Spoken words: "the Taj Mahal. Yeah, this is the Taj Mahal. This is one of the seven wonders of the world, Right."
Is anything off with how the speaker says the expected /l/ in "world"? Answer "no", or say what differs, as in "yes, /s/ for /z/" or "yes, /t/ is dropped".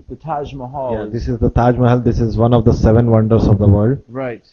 yes, /l/ is dropped